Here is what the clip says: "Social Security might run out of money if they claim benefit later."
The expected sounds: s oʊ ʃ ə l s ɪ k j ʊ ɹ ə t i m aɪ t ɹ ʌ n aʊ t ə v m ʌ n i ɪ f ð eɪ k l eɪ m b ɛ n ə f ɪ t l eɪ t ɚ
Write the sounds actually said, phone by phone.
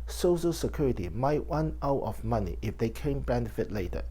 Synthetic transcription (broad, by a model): s oʊ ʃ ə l s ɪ k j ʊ ɹ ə t i m aɪ t w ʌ n aʊ t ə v m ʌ n i ɪ f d eɪ k eɪ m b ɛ n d f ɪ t l eɪ t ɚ